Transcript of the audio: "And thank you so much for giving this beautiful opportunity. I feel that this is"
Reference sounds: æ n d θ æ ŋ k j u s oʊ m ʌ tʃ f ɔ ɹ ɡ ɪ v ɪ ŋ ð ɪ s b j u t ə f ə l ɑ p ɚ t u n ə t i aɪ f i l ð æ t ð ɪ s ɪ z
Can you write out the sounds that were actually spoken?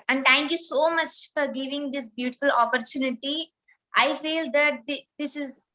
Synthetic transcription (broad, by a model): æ n d t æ ŋ k j u s oʊ m ʌ tʃ f ɔ ɹ ɡ ɪ v ɪ ŋ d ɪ s b j u t ə f ə l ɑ p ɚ t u n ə t i aɪ f i l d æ t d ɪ s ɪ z